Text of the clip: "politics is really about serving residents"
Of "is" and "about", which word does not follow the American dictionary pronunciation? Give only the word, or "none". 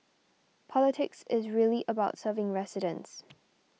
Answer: none